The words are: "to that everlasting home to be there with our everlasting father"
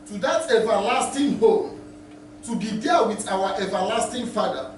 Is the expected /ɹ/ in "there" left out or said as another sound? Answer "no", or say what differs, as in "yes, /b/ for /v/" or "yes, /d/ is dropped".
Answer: yes, /l/ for /ɹ/